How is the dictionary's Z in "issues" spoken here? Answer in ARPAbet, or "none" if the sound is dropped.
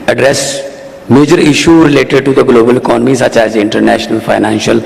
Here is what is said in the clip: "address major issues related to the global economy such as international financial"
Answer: none